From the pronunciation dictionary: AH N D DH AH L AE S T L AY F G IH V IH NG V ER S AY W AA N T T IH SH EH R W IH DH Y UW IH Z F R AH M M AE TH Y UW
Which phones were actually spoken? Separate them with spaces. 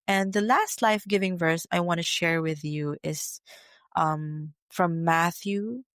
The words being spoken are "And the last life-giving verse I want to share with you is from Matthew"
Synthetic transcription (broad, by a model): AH N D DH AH L AE S T L AY F G IH V IH NG V ER S AY W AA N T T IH SH EH R W IH DH Y UW IH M F R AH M M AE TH Y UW